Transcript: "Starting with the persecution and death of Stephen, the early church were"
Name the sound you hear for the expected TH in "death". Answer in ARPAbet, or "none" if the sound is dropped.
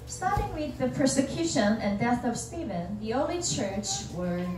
TH